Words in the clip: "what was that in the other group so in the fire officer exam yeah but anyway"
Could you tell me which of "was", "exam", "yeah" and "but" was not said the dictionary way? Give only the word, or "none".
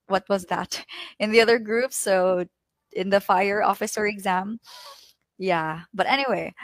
none